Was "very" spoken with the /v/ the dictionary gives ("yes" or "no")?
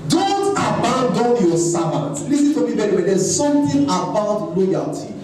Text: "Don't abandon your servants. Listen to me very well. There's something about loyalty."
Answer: no